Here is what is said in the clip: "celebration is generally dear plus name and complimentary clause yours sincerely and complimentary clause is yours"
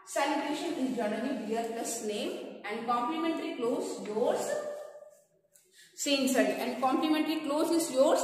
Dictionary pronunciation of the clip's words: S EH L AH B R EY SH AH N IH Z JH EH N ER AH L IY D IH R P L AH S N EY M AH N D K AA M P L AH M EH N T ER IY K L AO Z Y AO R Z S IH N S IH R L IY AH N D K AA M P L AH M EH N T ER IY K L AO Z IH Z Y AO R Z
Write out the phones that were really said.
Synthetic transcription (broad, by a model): S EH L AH B R EY SH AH N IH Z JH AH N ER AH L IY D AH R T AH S N EY M AH N D K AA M P L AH M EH N T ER IY K L AO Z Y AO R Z S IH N S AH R IY AH N D K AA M P L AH M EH N T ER IY K L AO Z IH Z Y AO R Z